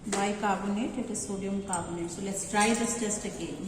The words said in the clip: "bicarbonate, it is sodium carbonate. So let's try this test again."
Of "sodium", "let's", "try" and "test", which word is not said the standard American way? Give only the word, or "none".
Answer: none